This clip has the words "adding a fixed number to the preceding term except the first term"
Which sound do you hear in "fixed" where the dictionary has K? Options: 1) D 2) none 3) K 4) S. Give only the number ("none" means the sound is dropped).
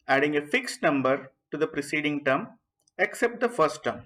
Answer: 3